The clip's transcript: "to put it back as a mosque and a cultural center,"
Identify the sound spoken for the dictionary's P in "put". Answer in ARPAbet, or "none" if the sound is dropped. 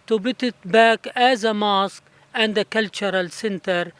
B